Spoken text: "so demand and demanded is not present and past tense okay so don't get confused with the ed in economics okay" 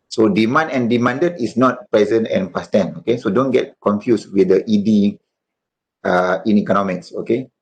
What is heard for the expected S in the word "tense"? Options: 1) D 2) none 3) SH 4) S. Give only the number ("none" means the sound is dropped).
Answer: 2